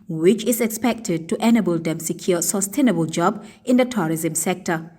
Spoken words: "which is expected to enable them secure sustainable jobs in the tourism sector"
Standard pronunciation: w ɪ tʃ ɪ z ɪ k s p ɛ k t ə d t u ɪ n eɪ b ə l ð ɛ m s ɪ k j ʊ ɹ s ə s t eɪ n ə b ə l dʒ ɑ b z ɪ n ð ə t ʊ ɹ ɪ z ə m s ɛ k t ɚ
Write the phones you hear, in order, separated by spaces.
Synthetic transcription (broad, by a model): w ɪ tʃ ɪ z ɪ k s p ɛ k t ə d t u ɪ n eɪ b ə l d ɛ m s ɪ k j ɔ s ə s t eɪ n ə b ə l dʒ ɑ b ɪ n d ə t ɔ ɹ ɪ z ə m s ɛ k t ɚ